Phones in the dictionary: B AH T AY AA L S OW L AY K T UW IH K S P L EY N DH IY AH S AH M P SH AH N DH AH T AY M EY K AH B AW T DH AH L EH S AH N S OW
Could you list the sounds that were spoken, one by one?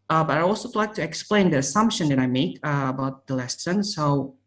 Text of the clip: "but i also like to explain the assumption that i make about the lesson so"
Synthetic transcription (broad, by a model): B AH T AY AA L S OW L AY K T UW IH K S P L EY N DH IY AH S AH M P SH AH N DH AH T AY M EY K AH B AW T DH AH L EH S AH N S OW